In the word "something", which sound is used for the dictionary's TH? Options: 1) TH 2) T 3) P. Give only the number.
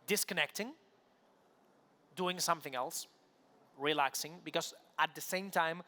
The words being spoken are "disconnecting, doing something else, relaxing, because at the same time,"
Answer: 1